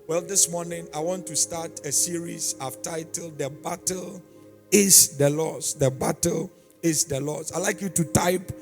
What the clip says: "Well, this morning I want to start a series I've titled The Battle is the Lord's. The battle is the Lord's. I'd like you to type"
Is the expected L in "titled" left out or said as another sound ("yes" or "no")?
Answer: no